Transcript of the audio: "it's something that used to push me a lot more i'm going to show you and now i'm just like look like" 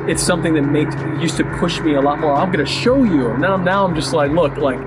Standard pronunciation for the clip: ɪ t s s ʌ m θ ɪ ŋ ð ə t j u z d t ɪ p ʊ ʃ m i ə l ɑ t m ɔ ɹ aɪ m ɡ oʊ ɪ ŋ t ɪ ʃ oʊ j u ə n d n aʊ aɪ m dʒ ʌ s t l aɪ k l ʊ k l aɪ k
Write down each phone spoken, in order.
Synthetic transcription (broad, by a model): ɪ t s s ʌ m θ ɪ ŋ ð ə t j u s t ɪ p ʊ ʃ m i ə l ɑ t m ɔ ɹ aɪ m ɡ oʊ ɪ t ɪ ʃ oʊ j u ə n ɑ n aʊ aɪ m dʒ ʌ s t l aɪ k l ʊ k l aɪ k